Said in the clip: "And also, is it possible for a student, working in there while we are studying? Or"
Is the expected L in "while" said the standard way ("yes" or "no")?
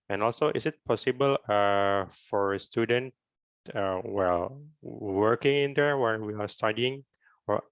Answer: no